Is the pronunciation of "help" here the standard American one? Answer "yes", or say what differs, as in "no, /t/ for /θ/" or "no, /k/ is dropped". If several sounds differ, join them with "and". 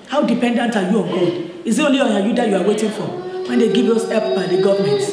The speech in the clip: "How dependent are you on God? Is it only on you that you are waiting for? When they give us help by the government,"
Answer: no, /l/ is dropped